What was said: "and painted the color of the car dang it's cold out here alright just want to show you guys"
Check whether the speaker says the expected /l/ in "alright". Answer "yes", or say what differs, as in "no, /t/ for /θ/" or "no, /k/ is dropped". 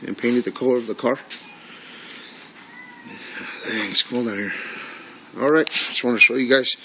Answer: yes